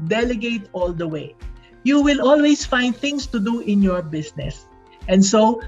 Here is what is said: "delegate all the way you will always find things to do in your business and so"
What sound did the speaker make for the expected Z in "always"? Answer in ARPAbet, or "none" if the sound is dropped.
S